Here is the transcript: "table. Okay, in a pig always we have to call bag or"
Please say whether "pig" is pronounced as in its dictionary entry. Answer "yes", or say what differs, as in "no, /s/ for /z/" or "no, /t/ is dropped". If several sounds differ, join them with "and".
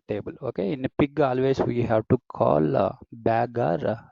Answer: yes